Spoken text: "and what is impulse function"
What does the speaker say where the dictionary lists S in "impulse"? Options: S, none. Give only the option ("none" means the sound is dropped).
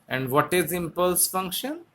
S